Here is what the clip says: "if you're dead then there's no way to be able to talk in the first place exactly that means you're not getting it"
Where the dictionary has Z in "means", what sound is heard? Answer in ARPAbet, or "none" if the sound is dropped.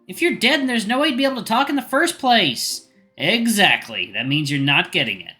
Z